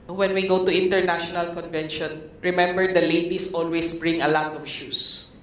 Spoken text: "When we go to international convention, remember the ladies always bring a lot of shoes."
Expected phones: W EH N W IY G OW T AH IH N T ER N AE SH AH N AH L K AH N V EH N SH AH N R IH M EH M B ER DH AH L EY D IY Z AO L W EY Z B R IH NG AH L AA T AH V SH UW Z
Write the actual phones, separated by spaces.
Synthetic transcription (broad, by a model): W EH N W IY G OW T AH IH N T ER N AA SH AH N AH L K AH N V EH N SH AH N R IH M EH M B ER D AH L EY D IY S AO L W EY S B R IH NG AH L AA T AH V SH UW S